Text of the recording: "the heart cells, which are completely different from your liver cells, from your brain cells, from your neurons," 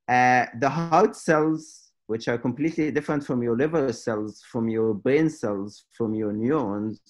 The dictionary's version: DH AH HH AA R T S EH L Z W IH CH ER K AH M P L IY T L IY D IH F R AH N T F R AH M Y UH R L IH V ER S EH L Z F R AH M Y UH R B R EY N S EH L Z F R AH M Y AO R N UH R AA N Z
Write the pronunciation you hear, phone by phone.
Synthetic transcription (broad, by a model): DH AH HH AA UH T S EH L Z W IH CH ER K AH M P L IY T L IY D IH F R AH N T F R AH M Y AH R L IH V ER S EH L Z F R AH M Y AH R B EY N S EH L Z F R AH M Y AO R N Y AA N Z